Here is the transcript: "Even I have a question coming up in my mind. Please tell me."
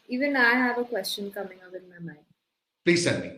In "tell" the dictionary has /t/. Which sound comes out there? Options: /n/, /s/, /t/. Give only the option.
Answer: /s/